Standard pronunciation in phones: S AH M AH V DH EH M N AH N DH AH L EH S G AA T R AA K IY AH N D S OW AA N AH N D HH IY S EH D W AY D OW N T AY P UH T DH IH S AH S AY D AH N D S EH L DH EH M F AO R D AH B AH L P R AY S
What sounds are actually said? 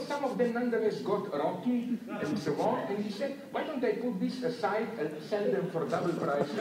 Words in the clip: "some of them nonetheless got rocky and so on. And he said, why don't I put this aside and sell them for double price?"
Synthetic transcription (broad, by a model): S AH M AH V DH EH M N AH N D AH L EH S G AA T R AA K IY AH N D S OW AA N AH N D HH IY S EH D W AY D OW N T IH P UH T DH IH S AH S AY D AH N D S EH L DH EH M F AO R D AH B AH L P R AY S